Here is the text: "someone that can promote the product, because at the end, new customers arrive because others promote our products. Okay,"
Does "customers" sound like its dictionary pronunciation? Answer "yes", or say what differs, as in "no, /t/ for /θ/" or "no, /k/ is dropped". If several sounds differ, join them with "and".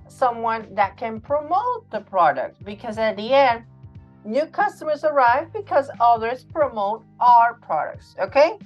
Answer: yes